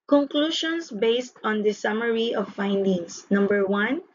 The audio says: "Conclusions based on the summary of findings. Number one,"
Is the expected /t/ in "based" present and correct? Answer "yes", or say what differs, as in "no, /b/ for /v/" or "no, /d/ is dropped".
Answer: yes